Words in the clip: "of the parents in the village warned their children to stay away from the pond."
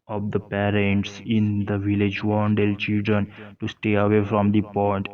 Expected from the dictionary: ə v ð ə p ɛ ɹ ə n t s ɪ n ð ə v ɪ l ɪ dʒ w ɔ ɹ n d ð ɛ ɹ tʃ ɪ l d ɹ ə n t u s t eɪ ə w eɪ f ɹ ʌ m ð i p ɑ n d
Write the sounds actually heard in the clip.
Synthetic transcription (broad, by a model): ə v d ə p ɛ ɹ ə n t s ɪ n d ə v ɪ l ɪ dʒ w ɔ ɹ n d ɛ l tʃ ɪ l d ɹ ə n t u s t eɪ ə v eɪ f ɹ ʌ m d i p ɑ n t